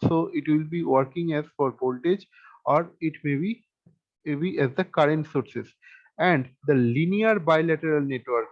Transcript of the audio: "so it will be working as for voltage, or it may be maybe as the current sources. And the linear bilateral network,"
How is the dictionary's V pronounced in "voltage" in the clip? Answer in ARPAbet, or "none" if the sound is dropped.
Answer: B